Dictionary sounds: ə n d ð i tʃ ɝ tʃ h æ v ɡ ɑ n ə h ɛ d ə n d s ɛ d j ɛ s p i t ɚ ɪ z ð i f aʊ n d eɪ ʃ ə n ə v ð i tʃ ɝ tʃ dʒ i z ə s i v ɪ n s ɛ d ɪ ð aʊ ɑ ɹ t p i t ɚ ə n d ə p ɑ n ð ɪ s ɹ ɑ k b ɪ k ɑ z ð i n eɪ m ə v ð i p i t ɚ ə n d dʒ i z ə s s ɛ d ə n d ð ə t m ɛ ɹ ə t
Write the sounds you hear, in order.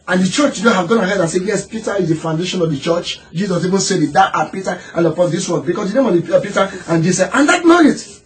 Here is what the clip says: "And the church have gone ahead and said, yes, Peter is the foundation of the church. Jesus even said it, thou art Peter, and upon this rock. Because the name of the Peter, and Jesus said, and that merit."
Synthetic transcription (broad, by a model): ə n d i tʃ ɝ tʃ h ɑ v ɡ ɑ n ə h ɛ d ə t s ɛ j ɛ s p i t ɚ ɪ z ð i f aʊ n d eɪ ʃ ə n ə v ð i tʃ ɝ tʃ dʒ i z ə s i v ɪ n s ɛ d ɪ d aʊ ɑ t p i t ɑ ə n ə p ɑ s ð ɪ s w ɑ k b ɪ k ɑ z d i n eɪ m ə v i p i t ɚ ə n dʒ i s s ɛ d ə n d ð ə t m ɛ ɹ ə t